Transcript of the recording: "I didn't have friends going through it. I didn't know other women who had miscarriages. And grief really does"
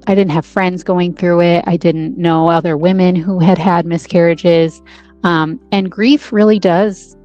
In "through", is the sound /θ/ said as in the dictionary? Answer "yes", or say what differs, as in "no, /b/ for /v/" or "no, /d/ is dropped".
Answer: yes